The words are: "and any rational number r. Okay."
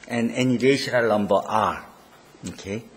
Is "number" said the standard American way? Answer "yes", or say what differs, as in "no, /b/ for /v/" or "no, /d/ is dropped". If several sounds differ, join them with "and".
no, /l/ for /n/